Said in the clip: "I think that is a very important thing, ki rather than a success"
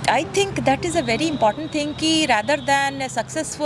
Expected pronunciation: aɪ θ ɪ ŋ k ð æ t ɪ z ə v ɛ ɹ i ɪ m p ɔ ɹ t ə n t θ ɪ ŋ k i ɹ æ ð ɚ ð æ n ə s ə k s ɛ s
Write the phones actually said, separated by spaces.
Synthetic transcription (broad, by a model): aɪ t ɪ ŋ k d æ t ɪ z ə v ɛ ɹ i ɪ m p ɔ ɹ t ə n t t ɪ ŋ k i ɹ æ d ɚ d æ n s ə k s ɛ s